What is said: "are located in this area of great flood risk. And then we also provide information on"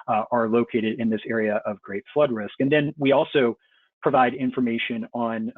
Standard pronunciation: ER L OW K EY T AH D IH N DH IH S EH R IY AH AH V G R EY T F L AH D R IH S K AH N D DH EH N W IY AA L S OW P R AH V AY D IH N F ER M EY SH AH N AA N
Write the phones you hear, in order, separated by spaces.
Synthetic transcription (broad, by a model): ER L OW K EY T AH D IH N DH IH S EH R IY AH AH V G R EY T F L AH D R IH S K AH N DH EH N W IY AA L S OW P R AH V AY D IH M F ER M EY SH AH N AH N